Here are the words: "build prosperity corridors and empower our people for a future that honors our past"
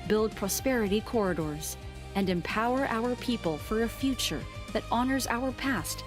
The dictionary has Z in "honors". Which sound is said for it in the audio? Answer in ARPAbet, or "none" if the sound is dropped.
Z